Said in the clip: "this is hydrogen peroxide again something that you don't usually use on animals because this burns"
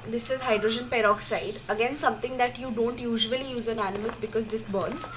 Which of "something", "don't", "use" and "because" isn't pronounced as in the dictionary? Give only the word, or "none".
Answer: something